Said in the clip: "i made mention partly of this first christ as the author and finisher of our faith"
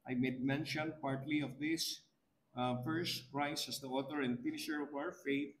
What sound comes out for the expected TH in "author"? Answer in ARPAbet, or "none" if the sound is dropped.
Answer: T